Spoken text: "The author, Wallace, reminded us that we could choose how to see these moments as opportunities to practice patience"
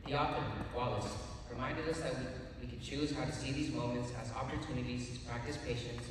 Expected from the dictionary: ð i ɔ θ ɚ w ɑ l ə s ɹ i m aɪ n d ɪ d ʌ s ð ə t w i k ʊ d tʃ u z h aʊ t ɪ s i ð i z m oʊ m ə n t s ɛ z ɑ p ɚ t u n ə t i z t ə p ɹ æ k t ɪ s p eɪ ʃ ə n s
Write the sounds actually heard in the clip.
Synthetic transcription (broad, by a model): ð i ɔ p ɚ w ɑ l ə s ɹ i m aɪ n d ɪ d ʌ s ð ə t w i k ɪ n tʃ u z h aʊ t ɪ s i ð i z m oʊ m ə n t s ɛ z ɑ p ɚ t u n ə t i z t ə p ɹ æ k t ɪ s p eɪ ʃ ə n s